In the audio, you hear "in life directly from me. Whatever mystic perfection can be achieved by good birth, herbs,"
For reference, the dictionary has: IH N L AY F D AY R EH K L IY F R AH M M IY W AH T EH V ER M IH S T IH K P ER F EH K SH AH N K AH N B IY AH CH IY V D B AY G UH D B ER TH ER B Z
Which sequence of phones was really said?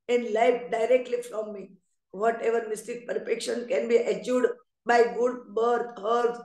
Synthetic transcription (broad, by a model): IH N L AY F D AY R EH K L IY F R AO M M IY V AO T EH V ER M IH S T IH K P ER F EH K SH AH N K AH N B IY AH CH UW D B AY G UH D B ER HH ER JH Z